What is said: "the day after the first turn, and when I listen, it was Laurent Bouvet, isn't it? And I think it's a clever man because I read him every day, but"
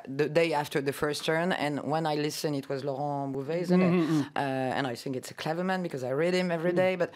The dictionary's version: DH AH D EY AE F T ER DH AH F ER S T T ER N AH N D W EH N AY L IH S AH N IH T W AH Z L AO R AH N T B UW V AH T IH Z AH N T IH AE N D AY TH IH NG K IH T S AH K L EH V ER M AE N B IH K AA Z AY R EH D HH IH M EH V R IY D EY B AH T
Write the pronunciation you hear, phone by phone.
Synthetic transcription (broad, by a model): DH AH D EY AE F T ER DH AH F ER S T T ER N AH N W EH N AY L IH S AH N IH T W AH Z L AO R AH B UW V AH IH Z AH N T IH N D AY TH IH NG K IH T S AH K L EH V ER M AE N B IH K AA Z AY R EH D HH IH M EH V R IY D EY B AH T